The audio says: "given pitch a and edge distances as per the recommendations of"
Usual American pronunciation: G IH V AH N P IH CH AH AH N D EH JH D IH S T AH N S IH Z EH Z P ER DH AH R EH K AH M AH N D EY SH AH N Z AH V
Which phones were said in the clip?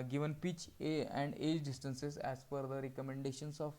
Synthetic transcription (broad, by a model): G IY V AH N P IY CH AH AH N D EH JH D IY S T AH N S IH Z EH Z F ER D AH R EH K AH M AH N D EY SH AH N S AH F